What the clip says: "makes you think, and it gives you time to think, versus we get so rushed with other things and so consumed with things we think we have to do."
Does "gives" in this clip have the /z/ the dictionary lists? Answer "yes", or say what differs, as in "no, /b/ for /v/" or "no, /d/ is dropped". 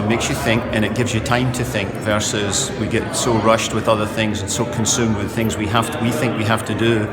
yes